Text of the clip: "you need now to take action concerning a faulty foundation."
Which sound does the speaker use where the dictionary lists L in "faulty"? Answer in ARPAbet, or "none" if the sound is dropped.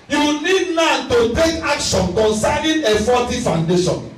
none